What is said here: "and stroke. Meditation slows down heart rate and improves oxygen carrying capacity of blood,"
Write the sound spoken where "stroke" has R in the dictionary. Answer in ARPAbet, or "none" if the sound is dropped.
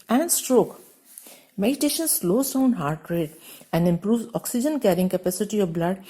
R